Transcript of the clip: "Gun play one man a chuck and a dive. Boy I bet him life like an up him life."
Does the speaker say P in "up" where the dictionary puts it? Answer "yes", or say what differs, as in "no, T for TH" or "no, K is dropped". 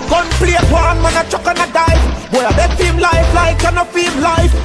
no, F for P